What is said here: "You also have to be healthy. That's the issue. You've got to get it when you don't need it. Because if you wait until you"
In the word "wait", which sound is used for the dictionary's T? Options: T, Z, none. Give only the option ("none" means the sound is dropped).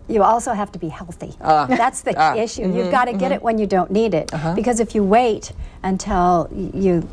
T